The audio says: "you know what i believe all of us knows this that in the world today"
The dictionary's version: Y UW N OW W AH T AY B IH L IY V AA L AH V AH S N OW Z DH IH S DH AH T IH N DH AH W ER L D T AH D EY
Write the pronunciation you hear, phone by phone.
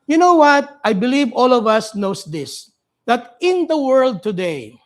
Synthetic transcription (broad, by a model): Y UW N OW W AH T AY B IH L IY V AA L AH V AH S N OW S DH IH S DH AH T IH N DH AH W ER L D T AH D EY